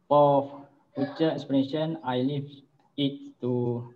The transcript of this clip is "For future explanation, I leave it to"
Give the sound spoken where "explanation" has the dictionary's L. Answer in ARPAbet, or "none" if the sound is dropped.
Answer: none